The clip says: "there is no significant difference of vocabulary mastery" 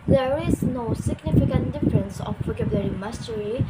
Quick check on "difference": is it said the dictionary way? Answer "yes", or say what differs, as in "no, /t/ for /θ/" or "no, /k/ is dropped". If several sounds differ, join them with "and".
yes